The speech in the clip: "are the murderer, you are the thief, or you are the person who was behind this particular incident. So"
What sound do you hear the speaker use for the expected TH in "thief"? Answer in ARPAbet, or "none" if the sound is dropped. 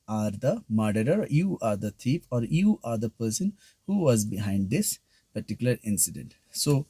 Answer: T